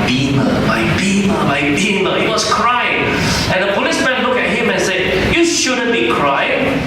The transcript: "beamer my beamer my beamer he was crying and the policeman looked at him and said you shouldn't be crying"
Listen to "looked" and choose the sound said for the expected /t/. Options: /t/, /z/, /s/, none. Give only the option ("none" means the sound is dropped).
none